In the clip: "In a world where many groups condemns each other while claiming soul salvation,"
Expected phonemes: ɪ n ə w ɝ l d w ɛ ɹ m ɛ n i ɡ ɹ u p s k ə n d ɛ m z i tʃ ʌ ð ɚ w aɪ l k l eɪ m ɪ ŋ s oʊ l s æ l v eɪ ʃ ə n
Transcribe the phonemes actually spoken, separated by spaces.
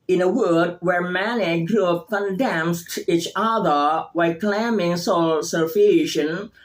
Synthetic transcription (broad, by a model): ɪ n ə w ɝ d w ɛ ɹ m ɛ n i ɡ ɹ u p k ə n d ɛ m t i tʃ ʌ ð ɚ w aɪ k l eɪ m ɪ ŋ s oʊ l s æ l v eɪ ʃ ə n